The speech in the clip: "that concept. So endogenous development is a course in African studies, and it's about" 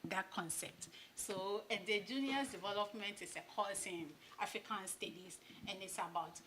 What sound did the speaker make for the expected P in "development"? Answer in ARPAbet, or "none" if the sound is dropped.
P